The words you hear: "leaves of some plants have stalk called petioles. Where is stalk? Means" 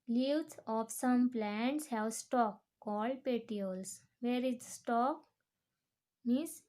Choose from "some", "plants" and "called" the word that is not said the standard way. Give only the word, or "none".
none